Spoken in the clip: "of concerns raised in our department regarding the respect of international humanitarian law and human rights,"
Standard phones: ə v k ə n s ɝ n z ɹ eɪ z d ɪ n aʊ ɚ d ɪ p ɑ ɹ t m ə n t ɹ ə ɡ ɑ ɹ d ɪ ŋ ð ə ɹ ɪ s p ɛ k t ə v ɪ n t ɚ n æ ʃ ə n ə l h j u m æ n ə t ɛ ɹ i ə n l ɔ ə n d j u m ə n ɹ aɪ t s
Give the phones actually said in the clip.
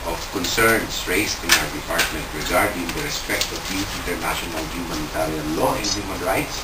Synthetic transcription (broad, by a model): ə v k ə n s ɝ n s ɹ eɪ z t ɪ n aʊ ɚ d ɪ p ɑ ɹ t m ə n t ɹ ə ɡ ɑ ɹ d ɪ ŋ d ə ɹ ɪ s p ɛ k t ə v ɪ n t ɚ n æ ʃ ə n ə l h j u m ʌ n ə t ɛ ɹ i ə n l ɔ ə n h j u m ə n ɹ aɪ t s